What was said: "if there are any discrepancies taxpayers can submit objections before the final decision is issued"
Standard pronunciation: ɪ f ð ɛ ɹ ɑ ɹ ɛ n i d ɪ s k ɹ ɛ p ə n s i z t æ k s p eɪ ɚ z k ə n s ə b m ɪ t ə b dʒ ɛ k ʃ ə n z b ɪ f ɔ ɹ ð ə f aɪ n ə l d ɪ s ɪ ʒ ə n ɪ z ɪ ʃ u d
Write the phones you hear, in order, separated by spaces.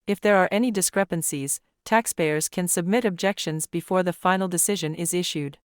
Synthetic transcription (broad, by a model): ɪ f ð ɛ ɹ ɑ ɹ ɛ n i d ɪ s k ɹ ɛ p ə n s i z t æ k s p eɪ ɚ z k ə n s ə b m ɪ t ə b dʒ ɛ k ʃ ə n z b ɪ f ɔ ɹ ð ə f aɪ n l d ɪ s ɪ ʒ ə n ɪ z ɪ ʃ u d